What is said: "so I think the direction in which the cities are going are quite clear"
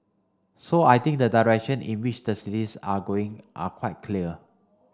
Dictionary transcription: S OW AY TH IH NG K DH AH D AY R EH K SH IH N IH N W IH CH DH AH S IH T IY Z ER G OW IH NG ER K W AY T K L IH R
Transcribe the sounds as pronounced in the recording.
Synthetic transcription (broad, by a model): S OW AY T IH NG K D AH D AY R EH K SH IH N IH N W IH CH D AH S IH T IY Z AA G OW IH NG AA K W AY T K L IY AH